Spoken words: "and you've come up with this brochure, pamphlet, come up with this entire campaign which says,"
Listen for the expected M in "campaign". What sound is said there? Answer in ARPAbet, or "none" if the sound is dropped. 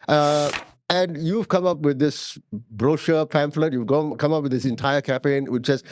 none